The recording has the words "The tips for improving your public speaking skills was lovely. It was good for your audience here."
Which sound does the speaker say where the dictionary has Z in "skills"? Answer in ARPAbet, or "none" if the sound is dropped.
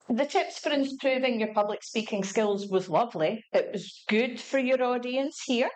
Z